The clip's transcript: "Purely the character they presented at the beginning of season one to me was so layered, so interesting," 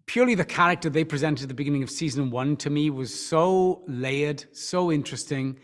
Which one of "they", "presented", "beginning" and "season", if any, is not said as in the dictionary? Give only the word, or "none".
none